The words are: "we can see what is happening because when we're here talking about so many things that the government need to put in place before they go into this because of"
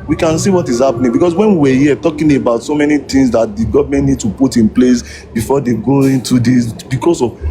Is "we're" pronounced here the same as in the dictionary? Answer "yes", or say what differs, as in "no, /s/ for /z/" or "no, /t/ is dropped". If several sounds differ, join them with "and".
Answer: no, /w/ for /ɹ/